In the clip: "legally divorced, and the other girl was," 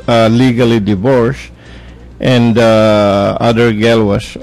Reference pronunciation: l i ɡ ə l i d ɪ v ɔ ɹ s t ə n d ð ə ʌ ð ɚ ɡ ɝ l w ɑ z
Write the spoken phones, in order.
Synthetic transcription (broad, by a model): l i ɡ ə l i d ɪ v ɔ ɹ s t ə n d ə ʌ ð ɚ ɡ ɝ l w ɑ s